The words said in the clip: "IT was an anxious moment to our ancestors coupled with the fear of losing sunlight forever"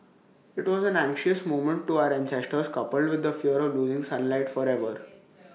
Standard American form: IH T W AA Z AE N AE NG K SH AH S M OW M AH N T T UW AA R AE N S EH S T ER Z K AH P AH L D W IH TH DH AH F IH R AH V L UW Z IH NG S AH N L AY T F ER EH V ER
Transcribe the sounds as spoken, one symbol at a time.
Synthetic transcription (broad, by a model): IH T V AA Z AE N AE NG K SH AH S M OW M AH N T T UW AA R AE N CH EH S T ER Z K AH P AH L D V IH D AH F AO R AH V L UW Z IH NG S AH N L AY T F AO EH V ER